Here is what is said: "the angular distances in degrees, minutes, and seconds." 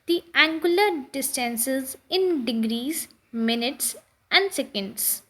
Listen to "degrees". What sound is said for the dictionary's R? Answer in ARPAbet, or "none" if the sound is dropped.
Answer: R